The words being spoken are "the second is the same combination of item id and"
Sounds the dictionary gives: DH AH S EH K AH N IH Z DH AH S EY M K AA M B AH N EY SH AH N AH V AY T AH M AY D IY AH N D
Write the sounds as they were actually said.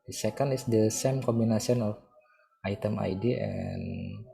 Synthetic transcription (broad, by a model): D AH S EH K AH N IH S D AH S EY M K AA M B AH N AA S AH N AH F AY T AH M AY D IY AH N